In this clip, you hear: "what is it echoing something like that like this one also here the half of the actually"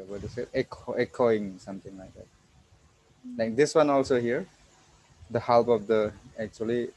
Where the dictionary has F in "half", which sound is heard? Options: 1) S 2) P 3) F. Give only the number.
2